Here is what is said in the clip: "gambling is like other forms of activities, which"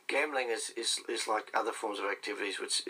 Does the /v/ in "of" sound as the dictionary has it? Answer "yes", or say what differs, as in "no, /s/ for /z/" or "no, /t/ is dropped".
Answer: yes